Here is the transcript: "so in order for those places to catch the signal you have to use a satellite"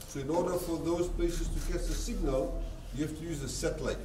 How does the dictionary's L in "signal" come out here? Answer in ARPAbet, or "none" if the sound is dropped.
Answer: L